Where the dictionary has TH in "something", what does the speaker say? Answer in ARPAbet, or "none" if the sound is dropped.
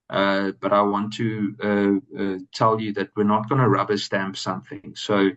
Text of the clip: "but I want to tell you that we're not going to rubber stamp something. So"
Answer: TH